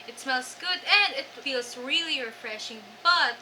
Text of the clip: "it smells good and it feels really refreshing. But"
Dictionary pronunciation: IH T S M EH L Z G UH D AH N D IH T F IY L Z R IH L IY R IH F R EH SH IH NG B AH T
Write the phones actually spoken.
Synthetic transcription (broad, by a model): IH T S M EH L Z G UH D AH N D IH T F IY L Z R IH L IY R IH F R EH SH IH NG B AH T